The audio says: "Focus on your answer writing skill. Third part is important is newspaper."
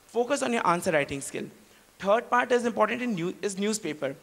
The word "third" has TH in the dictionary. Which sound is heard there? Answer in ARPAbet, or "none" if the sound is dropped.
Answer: T